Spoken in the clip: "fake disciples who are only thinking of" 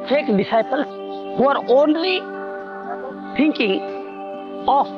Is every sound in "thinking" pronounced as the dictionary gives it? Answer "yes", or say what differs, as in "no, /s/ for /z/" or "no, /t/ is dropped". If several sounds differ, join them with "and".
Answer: no, /t/ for /θ/